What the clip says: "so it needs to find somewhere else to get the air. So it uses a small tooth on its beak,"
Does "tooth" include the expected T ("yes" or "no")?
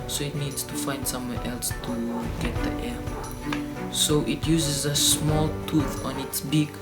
yes